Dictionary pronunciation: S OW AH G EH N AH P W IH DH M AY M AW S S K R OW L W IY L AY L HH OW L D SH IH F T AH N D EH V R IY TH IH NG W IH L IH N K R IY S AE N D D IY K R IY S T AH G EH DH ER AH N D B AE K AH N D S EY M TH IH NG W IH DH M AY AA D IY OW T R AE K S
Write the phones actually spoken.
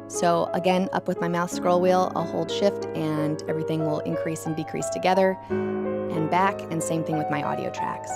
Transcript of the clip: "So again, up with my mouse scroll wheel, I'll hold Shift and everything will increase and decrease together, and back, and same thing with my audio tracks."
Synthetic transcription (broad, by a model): S OW AH G EH N AH P W IH DH M AY M AW TH S K R OW L W IY L AY L HH OW L D SH IH F T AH N EH V R IY TH IH NG W IH L IH N K R IY S N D D IY K R IY S T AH G EH DH ER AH N B AE K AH N S EY M TH IH NG W IH DH M AY AA D IY OW T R AE K S